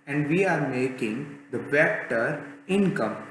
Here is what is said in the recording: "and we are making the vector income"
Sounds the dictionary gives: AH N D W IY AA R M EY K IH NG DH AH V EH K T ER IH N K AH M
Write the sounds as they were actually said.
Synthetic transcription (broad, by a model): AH N D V IY AA R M EY K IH NG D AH B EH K T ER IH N K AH M